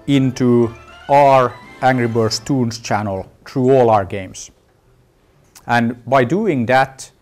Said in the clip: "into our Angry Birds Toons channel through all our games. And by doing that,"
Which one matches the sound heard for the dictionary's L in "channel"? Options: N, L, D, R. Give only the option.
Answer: L